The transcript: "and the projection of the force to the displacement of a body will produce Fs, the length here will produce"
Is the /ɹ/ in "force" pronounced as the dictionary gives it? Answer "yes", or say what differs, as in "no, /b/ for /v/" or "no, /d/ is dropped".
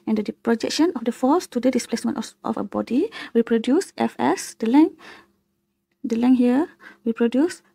no, /l/ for /ɹ/